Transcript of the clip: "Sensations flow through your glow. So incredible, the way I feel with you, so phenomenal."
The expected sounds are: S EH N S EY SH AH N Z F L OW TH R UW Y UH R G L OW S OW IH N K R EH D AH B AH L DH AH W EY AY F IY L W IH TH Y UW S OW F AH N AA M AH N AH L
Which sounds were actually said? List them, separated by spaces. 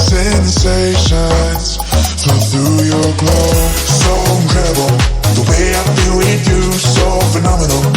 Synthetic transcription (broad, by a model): S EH N S EY SH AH N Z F OW TH R UW Y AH R G L OW S OW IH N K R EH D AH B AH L DH AH W EY AY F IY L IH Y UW S OW F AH N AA M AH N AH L